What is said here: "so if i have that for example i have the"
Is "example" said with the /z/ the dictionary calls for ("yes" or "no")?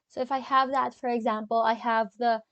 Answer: yes